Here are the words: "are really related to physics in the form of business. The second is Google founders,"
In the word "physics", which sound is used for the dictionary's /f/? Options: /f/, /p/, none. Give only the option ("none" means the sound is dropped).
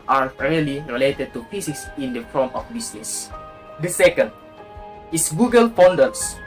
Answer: /p/